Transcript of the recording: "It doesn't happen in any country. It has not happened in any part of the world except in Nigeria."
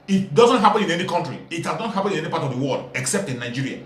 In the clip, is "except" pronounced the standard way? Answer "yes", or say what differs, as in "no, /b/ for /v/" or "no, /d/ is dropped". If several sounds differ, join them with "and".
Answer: yes